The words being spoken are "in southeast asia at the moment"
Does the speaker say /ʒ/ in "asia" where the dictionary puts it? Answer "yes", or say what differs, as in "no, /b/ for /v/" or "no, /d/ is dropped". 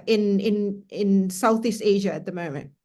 yes